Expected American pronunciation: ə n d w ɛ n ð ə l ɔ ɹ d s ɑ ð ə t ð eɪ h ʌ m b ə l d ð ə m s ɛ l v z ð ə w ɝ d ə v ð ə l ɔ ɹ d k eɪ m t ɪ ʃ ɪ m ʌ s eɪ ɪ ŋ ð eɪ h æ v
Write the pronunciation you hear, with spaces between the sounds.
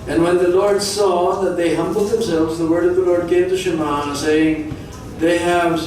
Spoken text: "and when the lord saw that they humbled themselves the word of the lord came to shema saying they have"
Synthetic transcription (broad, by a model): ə n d w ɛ n ð ə l ɔ ɹ d s ɑ ð ə t ð eɪ h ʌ m b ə l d ð ə m s ɛ l v z ð ə w ɝ d ə v ð ə l ɔ ɹ d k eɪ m t ɪ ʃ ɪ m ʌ s eɪ ɪ ŋ ð eɪ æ v